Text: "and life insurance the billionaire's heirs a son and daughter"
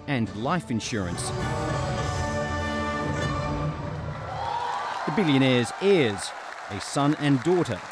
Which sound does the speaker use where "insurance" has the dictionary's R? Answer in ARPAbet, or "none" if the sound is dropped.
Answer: R